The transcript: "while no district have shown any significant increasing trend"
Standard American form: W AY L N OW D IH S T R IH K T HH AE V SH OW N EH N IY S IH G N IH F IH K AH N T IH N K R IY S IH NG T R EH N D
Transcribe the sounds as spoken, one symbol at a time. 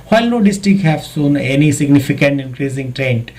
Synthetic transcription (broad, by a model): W AY L N OW D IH S T R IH K HH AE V S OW N EH N IY S IH G N IH F IH K AH N T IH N K R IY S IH NG T R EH N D